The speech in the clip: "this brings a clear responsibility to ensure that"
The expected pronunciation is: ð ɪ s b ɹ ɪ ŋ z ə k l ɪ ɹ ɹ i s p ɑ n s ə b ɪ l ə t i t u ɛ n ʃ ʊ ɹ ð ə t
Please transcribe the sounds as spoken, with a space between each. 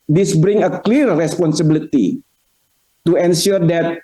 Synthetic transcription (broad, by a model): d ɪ s b ɹ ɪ ŋ ə k l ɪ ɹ ɹ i s p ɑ n s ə b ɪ l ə t i t u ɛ n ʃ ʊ ɹ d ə t